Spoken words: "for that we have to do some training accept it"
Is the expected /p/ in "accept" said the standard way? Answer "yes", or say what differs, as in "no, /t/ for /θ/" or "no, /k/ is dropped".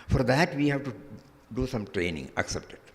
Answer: yes